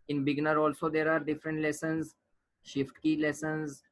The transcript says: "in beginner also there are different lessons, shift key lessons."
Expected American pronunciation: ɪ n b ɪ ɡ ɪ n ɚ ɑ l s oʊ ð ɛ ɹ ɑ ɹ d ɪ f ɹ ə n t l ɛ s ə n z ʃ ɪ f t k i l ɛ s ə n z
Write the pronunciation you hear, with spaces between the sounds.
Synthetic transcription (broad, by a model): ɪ n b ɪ ɡ n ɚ ɑ l s oʊ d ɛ ɹ ɑ ɹ d ɪ f ɹ ə n t l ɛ s ə n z ʃ ɪ f t k i l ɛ s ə n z